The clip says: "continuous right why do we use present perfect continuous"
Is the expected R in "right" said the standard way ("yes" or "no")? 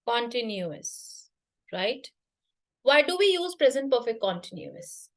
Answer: yes